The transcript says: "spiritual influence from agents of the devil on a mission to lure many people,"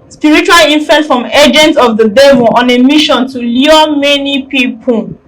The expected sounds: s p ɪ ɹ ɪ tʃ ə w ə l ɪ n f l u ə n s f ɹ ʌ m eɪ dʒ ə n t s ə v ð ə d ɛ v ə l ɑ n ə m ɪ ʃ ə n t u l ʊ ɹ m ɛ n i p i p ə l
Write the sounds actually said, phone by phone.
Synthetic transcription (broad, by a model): s p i ɹ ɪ tʃ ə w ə l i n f u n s f ɹ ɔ m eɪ dʒ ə n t ə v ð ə d ɛ v ə l ɑ n ə m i ʃ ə n t u l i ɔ m ɛ n i p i p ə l